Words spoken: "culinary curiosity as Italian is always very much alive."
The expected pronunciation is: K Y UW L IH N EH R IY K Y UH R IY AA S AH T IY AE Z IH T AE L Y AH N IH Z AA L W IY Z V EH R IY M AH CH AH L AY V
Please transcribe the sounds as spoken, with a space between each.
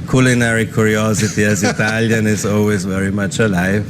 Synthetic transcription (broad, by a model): K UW L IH N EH R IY K Y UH R IY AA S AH T IY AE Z IH T AE L Y AH N IH Z AA L W IY Z V EH R IY M AH CH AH L AY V